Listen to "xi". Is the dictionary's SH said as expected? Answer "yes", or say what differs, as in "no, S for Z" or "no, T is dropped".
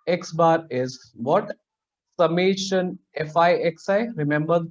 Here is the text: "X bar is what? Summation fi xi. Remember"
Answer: no, S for SH